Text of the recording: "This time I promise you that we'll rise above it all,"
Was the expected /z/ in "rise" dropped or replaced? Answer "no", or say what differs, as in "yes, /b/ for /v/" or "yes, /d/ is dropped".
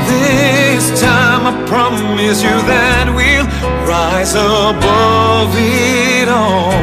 no